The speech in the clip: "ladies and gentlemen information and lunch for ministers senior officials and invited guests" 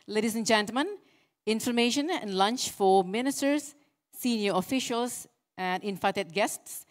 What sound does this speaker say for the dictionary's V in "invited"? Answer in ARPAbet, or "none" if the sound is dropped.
F